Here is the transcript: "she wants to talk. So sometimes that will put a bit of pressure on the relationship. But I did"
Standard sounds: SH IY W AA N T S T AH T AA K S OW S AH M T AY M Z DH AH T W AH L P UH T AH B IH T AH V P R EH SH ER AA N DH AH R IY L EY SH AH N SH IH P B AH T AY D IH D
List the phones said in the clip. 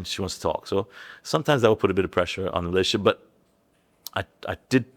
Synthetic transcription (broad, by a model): SH IY W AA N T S T AH T AA K S OW S AH M T AY M Z DH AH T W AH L P UH T AH B IH T AH V P R EH SH ER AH N DH AH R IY L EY AH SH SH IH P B AH T AY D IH D